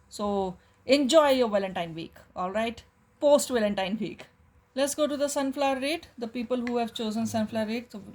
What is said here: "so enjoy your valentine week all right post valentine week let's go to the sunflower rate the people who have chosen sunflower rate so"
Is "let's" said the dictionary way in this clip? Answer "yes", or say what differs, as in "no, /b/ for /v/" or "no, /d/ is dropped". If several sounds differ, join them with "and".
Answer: yes